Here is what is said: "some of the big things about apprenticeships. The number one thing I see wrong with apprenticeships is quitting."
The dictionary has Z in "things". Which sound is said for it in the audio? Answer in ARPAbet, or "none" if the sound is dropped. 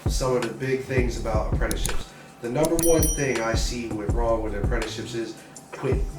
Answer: Z